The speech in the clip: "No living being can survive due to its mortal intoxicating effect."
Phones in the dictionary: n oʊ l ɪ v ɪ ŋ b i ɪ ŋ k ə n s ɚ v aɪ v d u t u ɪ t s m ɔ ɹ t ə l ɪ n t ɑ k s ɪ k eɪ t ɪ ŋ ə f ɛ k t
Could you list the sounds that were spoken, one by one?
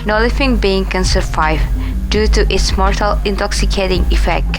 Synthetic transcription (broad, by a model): n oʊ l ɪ f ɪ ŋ b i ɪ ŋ k ə n s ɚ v aɪ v d u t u ɪ t s m ɔ ɹ t ə l ɪ n t ɑ k s ɪ k eɪ t ɪ ŋ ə f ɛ k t